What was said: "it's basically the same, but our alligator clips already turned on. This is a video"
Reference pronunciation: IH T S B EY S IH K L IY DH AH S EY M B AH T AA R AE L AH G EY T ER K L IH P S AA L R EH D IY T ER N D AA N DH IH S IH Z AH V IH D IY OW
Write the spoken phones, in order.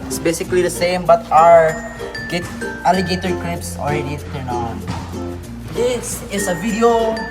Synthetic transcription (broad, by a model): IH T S B EY S IH K L IY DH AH S EY M B AH T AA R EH L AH G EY T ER K L IH P S AA L R EH D IY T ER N AA N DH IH S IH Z AH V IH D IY OW